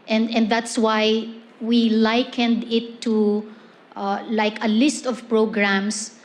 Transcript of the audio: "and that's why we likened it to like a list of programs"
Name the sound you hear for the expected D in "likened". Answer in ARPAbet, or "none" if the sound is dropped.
D